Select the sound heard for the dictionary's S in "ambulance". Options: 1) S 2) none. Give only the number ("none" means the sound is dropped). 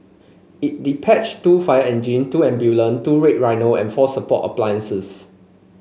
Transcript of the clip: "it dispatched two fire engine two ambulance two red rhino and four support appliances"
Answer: 2